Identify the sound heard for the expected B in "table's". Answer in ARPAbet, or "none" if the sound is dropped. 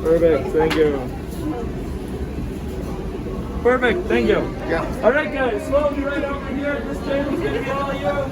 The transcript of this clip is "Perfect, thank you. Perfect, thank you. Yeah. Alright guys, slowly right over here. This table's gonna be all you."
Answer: none